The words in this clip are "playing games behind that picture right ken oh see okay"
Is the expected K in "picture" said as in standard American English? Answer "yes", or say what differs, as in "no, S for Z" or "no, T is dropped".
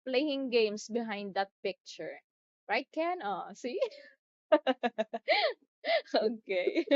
yes